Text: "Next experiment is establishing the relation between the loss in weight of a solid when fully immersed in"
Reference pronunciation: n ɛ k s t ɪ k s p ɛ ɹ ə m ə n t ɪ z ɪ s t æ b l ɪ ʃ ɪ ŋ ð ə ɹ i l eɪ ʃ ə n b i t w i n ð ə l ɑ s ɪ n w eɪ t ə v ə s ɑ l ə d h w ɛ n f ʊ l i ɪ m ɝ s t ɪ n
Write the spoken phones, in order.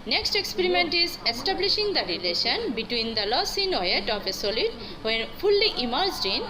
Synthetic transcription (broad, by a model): n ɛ k s t ɪ k s p ɛ ɹ ə m ə n t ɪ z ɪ s t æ b l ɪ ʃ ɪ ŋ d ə ɹ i l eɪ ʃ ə n b i t w i n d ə l ɑ s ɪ n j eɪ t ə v ə s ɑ l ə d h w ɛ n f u l i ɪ m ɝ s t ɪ n